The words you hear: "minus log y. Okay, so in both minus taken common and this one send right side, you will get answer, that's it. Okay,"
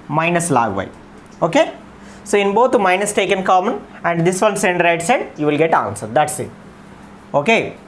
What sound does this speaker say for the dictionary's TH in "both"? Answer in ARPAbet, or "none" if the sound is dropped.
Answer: T